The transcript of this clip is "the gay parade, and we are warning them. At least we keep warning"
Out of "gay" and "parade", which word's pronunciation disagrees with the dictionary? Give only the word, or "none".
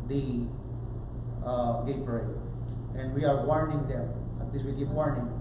parade